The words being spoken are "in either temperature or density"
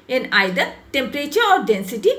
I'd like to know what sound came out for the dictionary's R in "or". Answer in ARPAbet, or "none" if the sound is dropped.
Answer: R